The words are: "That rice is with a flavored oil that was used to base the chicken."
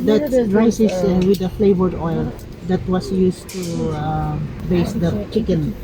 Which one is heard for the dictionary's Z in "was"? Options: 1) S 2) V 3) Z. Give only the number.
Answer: 1